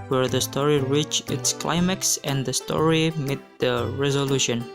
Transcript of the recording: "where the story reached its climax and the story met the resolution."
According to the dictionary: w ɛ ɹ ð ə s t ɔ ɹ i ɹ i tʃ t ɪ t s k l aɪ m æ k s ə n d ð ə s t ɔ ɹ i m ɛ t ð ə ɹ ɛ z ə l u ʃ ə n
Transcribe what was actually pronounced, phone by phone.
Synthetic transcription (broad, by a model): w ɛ ɹ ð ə s t ɔ ɹ i ɹ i tʃ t ɪ t s k l aɪ m æ k s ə n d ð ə s t ɔ ɹ i m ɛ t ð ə ɹ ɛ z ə l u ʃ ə n